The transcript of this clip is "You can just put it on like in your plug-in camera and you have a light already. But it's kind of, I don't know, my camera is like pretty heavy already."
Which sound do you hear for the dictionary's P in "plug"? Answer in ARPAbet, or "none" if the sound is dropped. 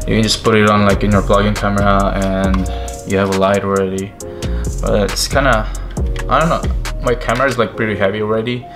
B